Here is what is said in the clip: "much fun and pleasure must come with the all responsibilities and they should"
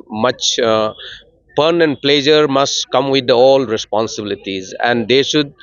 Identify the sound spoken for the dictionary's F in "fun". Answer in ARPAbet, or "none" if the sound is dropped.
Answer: P